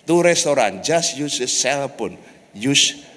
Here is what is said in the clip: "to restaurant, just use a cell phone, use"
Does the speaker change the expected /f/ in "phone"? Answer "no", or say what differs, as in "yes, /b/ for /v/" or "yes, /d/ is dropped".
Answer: yes, /p/ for /f/